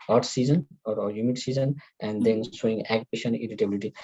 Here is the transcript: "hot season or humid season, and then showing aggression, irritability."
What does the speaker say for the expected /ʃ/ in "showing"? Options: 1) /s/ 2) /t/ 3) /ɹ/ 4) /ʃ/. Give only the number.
1